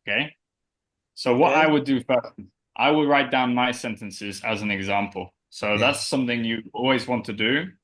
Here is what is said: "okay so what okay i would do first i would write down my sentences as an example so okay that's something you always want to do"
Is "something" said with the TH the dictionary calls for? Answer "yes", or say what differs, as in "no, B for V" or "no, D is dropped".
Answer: yes